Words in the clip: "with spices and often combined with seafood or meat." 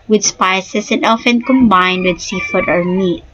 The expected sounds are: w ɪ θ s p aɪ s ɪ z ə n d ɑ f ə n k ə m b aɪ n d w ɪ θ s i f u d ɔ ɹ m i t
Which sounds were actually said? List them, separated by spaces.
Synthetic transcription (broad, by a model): w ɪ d s p aɪ s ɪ s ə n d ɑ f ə n k ə m b aɪ n d w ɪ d s i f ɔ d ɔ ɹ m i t